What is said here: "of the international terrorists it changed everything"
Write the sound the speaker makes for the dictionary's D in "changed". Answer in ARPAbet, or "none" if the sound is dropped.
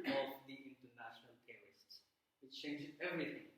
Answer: none